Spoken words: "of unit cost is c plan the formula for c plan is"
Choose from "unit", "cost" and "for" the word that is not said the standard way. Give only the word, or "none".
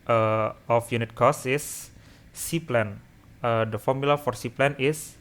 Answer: cost